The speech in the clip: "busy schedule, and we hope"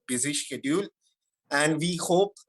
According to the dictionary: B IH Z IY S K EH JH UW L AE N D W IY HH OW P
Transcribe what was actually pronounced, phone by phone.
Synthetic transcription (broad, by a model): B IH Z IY SH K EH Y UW L AE N D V IY HH OW P